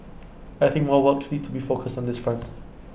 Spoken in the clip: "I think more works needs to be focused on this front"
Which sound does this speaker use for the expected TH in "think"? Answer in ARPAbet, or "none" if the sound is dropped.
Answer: TH